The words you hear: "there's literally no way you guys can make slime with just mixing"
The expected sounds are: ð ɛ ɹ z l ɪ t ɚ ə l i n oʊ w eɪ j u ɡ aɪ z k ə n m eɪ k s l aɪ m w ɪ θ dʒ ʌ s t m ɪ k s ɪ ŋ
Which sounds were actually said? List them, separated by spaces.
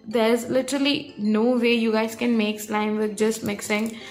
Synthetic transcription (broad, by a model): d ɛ ɹ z l ɪ t ɚ ə l i n oʊ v eɪ j u ɡ aɪ z k ə n m eɪ k s l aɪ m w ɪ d dʒ ʌ s t m ɪ k s ɪ ŋ